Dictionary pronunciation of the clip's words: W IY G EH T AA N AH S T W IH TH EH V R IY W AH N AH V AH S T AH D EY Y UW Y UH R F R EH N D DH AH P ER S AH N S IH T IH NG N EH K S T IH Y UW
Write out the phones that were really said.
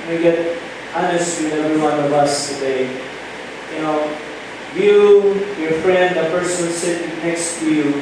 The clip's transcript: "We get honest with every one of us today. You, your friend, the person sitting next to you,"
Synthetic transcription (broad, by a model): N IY G EH T AA N AH S T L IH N EH V R IY W AH N AH V AH S T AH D EY Y UW Y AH R F R EH N D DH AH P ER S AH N S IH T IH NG N EH K S T IH Y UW